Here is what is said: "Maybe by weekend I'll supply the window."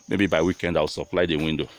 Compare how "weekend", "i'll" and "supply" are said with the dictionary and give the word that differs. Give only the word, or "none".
i'll